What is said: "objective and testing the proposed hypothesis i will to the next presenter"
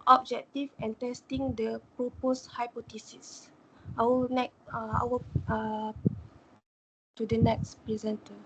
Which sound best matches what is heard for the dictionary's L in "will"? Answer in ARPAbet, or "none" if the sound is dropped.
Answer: W